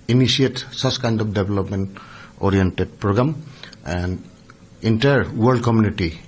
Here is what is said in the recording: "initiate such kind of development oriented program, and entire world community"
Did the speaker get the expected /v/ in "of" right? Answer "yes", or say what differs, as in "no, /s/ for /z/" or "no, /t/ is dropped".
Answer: no, /p/ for /v/